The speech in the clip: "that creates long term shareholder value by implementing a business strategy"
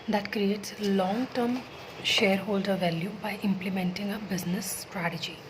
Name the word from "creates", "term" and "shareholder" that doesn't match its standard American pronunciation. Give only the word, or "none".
none